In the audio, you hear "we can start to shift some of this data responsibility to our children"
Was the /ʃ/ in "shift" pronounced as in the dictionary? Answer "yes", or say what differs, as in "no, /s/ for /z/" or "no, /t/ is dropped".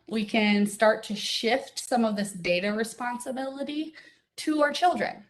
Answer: yes